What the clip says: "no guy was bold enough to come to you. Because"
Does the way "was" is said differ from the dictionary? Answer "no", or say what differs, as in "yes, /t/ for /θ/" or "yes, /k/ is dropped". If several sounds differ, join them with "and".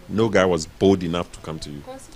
no